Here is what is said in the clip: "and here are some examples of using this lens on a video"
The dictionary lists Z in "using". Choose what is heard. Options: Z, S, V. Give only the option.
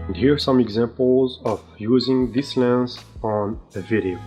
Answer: Z